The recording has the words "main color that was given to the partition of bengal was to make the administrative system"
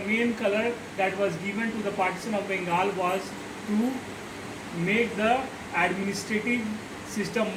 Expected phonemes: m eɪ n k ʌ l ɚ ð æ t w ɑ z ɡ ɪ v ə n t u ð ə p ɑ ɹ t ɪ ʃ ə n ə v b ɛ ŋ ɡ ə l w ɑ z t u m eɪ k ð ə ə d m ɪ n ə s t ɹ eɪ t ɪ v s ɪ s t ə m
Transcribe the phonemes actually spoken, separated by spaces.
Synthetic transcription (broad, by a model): m eɪ n k ʌ l ɚ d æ t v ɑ z ɡ ɪ v ə n t u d ə p ɑ ɹ t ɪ s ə n ə v b ɛ ŋ ɡ ə l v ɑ z t u m eɪ k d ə ə d m ɪ n ə s t ɹ eɪ t ɪ v s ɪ s t ə m